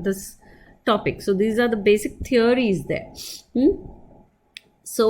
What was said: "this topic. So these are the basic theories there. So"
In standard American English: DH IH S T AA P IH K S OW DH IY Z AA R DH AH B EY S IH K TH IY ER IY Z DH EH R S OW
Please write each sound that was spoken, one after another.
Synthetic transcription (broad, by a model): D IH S T AA P IH K S OW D IY Z AA R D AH B EY S IH K T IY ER IY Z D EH R S OW